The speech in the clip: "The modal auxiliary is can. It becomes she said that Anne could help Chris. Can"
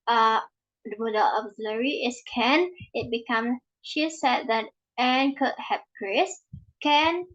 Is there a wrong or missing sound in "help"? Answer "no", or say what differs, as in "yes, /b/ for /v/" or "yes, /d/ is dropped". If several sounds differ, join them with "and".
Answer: yes, /l/ is dropped